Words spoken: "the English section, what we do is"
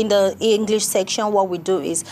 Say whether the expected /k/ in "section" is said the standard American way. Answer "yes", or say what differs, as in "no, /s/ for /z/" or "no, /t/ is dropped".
yes